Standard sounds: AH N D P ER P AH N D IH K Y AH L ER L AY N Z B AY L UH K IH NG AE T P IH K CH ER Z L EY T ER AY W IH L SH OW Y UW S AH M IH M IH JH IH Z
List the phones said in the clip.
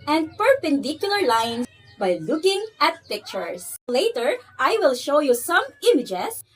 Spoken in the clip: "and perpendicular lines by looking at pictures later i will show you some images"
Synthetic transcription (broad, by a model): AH N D P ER P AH N D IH K Y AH L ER L AY N B AY L UH K IH NG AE T P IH K CH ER S L EY T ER AY W IH L SH OW Y UW S AH M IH M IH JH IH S